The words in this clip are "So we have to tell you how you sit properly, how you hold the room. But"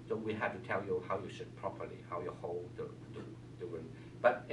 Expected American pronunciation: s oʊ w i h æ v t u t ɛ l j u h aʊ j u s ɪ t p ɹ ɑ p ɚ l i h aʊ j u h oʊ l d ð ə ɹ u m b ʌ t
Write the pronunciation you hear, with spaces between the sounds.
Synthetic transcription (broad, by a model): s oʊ w i h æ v t u t ɛ l j u h aʊ j u ʃ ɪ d p ɹ ɑ p ɚ l i h aʊ j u h oʊ l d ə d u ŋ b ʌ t